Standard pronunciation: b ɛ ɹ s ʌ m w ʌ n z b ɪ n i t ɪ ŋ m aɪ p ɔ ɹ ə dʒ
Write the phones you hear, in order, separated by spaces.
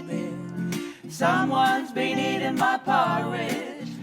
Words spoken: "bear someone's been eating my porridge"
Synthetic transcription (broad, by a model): s ʌ m w ʌ n z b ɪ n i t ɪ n m aɪ p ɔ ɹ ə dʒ